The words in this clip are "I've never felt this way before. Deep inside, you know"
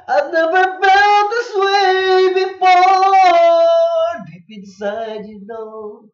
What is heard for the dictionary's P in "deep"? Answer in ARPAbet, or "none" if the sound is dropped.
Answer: B